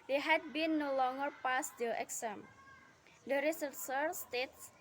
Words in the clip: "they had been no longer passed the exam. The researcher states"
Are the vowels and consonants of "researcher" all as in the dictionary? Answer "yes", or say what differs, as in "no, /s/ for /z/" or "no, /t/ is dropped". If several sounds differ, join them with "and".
no, /s/ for /tʃ/